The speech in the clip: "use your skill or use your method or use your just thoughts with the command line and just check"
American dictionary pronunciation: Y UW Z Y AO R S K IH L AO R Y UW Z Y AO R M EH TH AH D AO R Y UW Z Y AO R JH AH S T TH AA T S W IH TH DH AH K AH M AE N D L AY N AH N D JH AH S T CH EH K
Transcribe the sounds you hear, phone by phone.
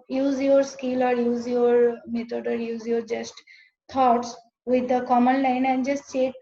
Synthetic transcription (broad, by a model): Y UW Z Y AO R S K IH L AO R Y UW Z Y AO R M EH T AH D AO R Y UW Z Y AO R JH AH S T T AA T S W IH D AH K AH M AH N L AY N AH N D JH AH S T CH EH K